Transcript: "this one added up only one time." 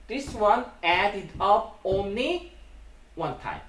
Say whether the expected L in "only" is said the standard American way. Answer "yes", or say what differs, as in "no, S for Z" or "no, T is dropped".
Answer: yes